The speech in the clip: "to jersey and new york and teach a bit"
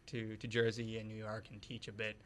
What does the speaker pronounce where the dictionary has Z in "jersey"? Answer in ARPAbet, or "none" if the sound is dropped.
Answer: Z